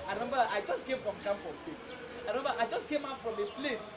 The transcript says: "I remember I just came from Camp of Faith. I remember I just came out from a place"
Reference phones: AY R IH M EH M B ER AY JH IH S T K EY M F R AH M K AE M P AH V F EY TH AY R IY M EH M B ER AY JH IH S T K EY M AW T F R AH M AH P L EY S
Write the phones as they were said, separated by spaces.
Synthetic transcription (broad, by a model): AY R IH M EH M B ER AY JH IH S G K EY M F R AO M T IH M F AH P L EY S AY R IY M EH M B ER AY JH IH S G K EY M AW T F R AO M AH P L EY S